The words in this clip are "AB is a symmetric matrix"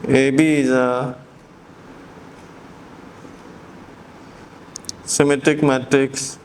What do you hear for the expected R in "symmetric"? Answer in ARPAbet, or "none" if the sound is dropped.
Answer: none